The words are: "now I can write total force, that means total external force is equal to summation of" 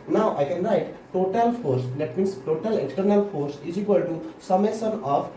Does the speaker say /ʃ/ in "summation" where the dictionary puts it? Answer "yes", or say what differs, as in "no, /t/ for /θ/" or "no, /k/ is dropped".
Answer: no, /s/ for /ʃ/